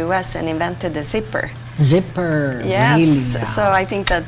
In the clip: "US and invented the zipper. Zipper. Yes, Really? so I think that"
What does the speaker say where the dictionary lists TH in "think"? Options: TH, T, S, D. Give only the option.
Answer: TH